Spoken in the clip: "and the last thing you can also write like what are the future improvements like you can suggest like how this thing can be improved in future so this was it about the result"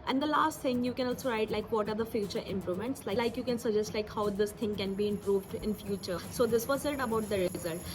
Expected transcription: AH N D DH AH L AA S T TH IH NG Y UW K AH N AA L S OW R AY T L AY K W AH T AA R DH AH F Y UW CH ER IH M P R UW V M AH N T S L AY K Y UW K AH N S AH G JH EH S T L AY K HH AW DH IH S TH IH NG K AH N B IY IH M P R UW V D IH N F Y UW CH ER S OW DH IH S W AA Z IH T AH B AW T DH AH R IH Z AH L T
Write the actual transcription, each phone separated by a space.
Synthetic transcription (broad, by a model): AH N D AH L AA S T T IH NG Y UW K AH N AA L S OW R AY T L AY K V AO T AA R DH AH F Y UW CH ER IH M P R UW M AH N T S L AY K Y UW K AH N S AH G JH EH S T L AY K HH AW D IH S T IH NG K AH N B IY IH M P R UW V D IH N F Y UW CH ER S OW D IH S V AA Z IH T AH B AW T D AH R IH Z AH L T